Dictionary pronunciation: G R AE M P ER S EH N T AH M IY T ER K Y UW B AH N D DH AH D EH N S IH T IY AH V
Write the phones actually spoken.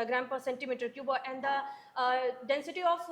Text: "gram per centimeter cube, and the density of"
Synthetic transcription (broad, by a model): G R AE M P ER S EH N T AH M IY T ER K Y UW B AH N D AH D EH N S IH T IY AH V